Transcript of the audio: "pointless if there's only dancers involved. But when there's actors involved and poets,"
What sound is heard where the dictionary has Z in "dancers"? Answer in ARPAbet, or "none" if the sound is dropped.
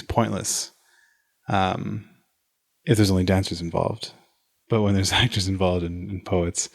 Z